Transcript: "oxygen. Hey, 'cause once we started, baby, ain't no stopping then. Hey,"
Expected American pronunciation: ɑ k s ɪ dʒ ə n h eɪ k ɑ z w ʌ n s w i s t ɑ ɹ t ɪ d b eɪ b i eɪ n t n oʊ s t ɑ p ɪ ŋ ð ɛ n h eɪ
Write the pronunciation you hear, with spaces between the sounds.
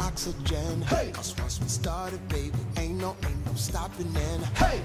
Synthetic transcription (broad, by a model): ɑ k s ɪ dʒ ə n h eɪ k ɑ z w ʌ s w i s t ɑ ɹ t ɪ d b eɪ b i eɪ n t n oʊ s t ɑ p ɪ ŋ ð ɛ n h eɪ